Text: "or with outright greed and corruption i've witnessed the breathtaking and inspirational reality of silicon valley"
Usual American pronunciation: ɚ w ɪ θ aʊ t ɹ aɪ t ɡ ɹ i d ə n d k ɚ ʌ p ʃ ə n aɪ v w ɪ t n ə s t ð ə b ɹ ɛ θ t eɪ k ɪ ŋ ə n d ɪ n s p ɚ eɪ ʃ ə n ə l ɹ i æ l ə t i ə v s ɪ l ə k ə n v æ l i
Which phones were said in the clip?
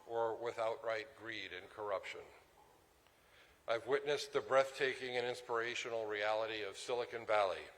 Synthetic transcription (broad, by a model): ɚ w ɪ θ aʊ t ɹ aɪ t ɡ ɹ i d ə n k ɚ ʌ p ʃ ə n aɪ v w ɪ t n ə s ð ə b ɹ ɛ θ t eɪ k ɪ ŋ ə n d ɪ n s p ɚ eɪ ʃ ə n l ɹ i æ l ə t i ə v s ɪ l ə k ə n v æ l i